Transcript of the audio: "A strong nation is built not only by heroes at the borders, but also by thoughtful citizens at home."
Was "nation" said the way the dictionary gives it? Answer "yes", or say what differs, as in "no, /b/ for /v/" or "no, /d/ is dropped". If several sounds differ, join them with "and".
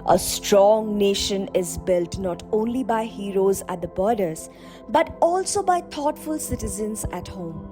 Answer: yes